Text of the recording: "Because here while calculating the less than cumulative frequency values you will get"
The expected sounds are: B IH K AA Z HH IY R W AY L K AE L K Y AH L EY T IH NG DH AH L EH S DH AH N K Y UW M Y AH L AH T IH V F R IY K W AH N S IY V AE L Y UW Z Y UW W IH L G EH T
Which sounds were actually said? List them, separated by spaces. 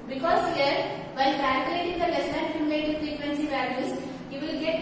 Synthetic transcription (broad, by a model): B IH K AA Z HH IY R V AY N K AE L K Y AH L EY T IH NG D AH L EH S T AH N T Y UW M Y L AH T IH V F R IY K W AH N S IY V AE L Y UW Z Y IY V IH L G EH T